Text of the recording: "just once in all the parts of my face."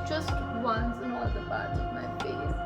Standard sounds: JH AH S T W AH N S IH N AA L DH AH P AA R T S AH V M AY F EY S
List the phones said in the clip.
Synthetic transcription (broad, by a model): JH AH S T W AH N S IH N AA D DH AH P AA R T AH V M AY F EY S